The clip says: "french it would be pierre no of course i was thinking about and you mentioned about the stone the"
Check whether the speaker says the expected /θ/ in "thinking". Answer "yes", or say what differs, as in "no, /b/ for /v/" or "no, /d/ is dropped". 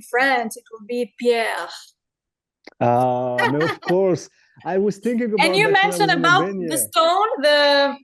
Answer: yes